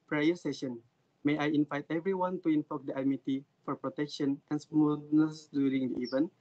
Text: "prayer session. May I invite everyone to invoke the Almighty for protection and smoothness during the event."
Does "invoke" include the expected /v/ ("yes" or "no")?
no